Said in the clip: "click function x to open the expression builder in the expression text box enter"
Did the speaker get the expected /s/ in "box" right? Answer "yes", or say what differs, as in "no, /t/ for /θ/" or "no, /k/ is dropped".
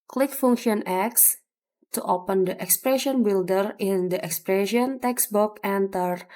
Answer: no, /s/ is dropped